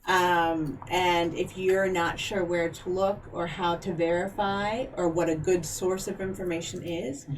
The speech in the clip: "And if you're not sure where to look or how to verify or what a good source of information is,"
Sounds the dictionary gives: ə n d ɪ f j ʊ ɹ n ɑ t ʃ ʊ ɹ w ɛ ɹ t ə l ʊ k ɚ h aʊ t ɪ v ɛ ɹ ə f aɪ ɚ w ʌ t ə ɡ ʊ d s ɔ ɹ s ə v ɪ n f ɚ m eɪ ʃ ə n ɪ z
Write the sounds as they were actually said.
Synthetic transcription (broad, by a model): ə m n ɪ f j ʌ ɹ n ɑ t ʃ ʊ ɹ w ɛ ɹ t ə l ʊ k ɚ h aʊ t ɪ v ɛ ɹ ə f aɪ ɚ w ʌ t ə ɡ ʊ d s ɔ ɹ s ə v ɪ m f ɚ m eɪ ʃ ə n ɪ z